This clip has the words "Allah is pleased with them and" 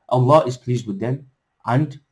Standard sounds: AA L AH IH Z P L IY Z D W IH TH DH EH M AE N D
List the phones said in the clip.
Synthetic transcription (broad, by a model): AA L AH IH Z P L IY Z D W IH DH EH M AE N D